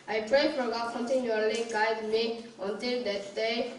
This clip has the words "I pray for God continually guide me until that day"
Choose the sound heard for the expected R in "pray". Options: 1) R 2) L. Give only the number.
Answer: 1